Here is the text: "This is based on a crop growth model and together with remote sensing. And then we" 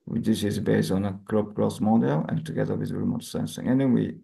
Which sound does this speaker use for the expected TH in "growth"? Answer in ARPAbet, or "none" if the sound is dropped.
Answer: S